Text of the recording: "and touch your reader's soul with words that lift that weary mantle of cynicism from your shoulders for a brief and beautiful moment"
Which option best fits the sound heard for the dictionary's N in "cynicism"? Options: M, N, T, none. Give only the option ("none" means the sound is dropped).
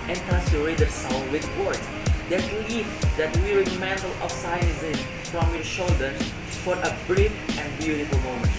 none